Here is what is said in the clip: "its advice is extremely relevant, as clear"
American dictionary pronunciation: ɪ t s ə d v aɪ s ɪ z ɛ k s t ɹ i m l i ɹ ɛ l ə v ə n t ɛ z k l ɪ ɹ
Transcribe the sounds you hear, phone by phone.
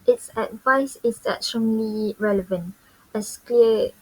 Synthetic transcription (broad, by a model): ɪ t s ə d v aɪ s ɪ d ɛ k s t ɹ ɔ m l i ɹ ɛ l ə v ə n t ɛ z k l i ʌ